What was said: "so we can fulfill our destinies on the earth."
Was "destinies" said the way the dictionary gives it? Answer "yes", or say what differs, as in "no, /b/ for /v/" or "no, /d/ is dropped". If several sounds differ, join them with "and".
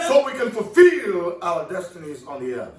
yes